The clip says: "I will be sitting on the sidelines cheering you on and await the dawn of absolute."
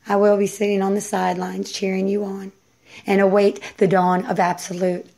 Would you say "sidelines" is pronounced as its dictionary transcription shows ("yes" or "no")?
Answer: yes